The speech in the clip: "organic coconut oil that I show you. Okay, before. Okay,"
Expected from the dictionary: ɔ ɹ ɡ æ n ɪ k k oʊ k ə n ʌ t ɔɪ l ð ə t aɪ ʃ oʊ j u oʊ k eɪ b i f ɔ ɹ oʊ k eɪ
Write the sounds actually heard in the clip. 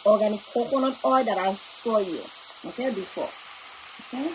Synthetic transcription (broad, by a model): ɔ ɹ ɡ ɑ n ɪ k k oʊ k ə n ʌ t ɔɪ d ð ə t aɪ s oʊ j u oʊ k eɪ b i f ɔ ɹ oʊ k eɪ